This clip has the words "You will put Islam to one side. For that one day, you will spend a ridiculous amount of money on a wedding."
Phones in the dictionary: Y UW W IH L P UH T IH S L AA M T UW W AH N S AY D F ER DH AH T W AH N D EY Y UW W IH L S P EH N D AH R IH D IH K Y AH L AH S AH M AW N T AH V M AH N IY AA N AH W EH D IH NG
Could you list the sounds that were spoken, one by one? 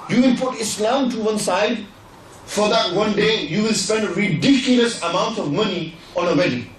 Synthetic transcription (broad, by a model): Y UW W IH L P UH T IH S L AA M T UW W AH N S AY D F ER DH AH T W AH N D EY Y UW W IH L S P EH N D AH R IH D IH K Y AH L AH S AH M AW N T AH V M AH N IY AA N AH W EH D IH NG